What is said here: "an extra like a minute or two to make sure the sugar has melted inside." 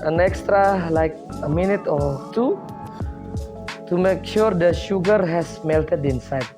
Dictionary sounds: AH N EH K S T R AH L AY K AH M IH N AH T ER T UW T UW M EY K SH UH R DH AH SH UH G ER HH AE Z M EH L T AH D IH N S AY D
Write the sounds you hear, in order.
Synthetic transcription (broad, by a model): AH N EH K S T R AH L AY K AH M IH N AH T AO T UW T UW M EY K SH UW R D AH SH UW G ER HH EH S M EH L T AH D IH N S AY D